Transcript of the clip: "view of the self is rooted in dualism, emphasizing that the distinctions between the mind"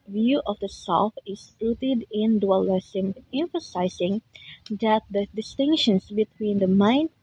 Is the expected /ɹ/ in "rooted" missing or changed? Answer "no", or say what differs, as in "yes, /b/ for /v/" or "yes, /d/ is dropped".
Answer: yes, /l/ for /ɹ/